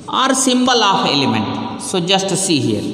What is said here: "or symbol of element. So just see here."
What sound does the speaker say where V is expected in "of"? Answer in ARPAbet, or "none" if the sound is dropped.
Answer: P